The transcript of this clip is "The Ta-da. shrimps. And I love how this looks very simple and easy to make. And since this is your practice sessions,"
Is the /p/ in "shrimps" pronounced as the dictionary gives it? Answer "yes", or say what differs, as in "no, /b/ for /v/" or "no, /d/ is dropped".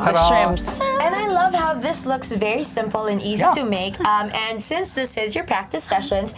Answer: no, /p/ is dropped